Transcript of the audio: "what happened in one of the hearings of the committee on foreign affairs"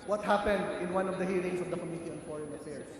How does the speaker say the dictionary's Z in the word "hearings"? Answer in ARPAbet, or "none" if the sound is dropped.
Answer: S